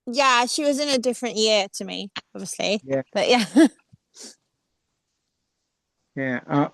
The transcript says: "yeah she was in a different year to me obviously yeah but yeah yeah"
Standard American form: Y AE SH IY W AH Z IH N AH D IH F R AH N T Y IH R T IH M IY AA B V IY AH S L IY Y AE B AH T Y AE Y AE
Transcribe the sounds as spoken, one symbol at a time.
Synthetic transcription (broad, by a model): Y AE SH IY W AH Z IH N AH D IH F R AH N T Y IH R T IH M IY AA B V IY AH S L IY Y AE B AH T Y AE Y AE